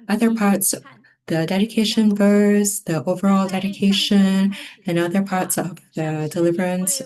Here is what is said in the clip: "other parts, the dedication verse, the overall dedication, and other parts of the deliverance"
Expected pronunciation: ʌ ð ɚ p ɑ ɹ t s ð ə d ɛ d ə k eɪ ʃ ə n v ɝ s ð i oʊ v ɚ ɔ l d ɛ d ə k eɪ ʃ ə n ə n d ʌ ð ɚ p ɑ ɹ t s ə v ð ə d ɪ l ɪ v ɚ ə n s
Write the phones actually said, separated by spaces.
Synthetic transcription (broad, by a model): ʌ ð ɚ p ɑ ɹ t s ð ə d ɛ d ə k eɪ ʃ ə n v ɝ s ð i oʊ v ɚ ɔ l d ɛ d ə k eɪ ʃ ə n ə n ʌ ð ɚ p ɑ ɹ t s ə v ð ə d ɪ l ɪ v ɚ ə n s